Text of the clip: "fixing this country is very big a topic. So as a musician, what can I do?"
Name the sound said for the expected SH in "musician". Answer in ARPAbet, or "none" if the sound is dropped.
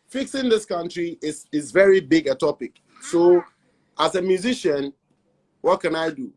SH